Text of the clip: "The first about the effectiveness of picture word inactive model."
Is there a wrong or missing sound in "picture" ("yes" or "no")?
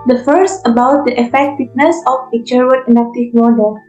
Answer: yes